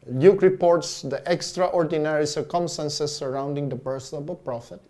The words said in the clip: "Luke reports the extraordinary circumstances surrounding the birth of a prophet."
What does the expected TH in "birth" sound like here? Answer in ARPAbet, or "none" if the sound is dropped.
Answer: S